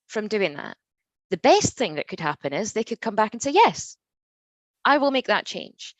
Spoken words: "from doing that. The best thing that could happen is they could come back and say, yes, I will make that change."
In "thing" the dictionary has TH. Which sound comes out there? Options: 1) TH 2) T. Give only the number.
1